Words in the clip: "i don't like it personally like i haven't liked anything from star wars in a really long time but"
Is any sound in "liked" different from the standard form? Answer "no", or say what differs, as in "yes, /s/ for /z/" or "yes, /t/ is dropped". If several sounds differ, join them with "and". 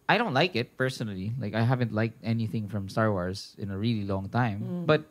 no